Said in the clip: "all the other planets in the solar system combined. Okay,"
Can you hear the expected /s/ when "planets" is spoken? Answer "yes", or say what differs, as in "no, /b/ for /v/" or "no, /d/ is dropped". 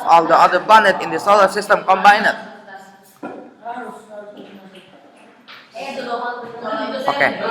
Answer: no, /s/ is dropped